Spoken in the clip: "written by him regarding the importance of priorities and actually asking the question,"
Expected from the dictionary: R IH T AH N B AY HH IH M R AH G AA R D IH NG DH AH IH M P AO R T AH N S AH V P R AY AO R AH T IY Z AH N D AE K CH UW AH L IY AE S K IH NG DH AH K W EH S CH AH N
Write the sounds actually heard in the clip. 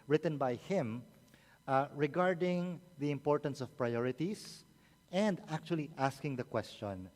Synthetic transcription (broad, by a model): R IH T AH N B AY HH IH M R AH G AA R D IH NG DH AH IH M P AO R T AH N S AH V P R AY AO R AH T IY S AH N D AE K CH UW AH L IY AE S K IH NG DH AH K W EH S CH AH N